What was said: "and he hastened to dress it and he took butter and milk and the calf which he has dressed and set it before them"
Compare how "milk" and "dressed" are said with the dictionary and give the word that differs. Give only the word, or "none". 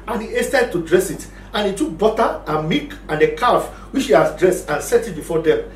milk